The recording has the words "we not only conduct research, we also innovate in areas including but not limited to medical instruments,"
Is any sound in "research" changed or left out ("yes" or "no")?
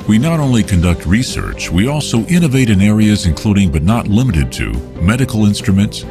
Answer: no